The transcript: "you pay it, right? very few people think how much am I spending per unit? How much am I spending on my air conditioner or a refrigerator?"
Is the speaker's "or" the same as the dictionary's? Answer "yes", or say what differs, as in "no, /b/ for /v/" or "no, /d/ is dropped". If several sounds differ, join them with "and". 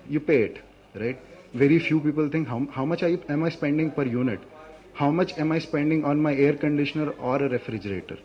yes